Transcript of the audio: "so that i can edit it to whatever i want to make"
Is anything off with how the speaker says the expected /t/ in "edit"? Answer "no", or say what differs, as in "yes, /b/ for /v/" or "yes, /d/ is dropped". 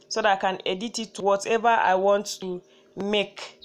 no